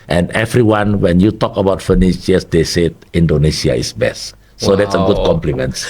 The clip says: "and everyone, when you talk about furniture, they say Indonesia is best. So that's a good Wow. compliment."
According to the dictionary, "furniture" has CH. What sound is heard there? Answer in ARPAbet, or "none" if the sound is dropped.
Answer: SH